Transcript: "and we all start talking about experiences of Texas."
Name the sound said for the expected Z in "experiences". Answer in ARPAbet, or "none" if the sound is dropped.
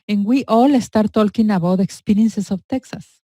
S